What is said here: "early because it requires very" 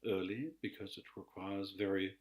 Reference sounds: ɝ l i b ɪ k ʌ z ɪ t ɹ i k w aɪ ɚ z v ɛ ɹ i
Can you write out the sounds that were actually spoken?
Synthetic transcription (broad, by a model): ɝ l i b ɪ k ʌ z ɪ t ɹ i k w aɪ ɚ z v ɛ ɹ i